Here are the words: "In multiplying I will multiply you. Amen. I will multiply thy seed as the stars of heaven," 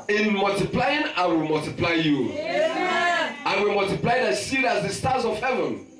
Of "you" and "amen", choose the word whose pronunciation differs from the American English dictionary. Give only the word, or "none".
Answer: amen